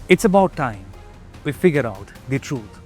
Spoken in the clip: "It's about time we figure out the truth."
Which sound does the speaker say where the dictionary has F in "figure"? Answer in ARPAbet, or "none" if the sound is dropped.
F